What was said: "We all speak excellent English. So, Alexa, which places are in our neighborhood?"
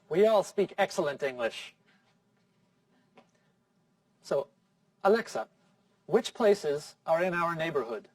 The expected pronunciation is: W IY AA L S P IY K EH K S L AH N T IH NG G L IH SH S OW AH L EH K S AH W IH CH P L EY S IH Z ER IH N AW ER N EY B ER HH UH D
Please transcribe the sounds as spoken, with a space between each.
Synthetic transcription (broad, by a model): W IY AA L S P IY K EH K S L AH N T IH NG G L IH SH S OW AH L EH K S AH W IH CH P L EY S IH Z ER IH N AW ER N EY B ER HH UH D